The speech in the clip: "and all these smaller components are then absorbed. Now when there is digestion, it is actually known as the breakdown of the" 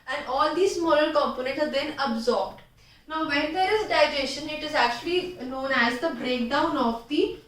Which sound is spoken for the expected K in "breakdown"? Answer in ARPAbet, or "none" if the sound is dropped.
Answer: K